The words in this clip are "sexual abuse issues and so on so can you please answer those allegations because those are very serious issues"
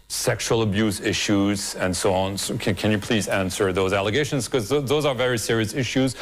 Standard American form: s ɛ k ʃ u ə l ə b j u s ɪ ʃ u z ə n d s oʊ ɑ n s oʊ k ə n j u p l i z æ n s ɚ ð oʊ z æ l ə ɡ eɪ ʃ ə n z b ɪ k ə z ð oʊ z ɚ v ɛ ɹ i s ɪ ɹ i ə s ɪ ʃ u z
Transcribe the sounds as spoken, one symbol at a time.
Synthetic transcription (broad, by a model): s ɛ k ʃ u l ə b j u s ɪ ʃ u z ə n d s oʊ ɑ n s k k ə n j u p l i z æ n s ɚ ð oʊ z æ l ə ɡ eɪ ʃ ə n z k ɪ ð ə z ð oʊ z ɚ v ɛ ɹ i s ɪ ɹ i ə s ɪ ʃ u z